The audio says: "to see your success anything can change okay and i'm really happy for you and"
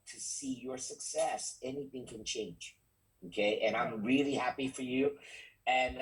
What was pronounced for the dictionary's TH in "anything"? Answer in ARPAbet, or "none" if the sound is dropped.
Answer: TH